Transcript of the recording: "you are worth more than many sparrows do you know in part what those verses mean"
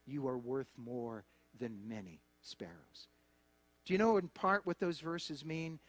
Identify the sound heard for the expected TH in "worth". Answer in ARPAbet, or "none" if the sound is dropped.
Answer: TH